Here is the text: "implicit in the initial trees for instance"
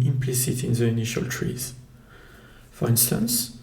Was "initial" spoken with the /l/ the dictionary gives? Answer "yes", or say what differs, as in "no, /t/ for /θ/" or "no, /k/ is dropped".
yes